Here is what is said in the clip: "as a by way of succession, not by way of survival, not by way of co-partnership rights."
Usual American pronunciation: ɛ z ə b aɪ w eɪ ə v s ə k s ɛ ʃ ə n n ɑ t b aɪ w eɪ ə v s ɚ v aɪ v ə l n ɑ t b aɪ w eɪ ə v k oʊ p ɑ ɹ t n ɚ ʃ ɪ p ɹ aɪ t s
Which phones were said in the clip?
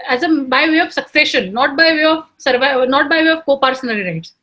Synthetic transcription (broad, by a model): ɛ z ə b aɪ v eɪ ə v s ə k s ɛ ʃ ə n n ɑ t b aɪ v eɪ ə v s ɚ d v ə n ɑ t b aɪ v eɪ ə v k oʊ p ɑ ɹ s n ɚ i ɹ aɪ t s